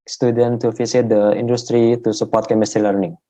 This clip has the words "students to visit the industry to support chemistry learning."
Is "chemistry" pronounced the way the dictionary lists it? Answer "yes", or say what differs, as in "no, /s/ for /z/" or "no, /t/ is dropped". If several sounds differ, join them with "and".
yes